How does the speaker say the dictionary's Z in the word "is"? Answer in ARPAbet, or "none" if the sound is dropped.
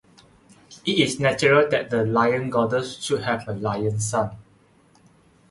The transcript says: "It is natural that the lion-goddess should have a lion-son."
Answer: S